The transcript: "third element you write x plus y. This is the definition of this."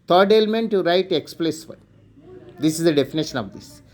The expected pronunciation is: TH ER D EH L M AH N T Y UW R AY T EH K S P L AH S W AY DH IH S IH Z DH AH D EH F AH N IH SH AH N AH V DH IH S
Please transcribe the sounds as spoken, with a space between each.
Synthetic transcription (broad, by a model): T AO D EH L M AH N T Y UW R AY T EH K S P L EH S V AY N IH S IH Z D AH D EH F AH N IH SH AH N AH V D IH S